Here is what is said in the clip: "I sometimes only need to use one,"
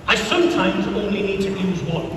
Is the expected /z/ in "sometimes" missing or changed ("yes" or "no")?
no